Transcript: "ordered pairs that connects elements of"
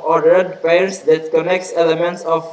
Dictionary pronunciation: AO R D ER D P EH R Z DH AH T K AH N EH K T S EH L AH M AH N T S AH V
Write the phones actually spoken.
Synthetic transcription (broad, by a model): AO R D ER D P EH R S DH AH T K AH N EH K T S EH L AH M AH N T S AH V